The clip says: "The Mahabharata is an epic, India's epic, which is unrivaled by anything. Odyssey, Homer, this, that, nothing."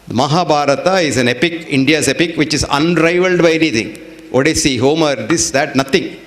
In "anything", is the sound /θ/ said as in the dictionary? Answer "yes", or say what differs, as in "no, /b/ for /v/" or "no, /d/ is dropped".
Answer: no, /t/ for /θ/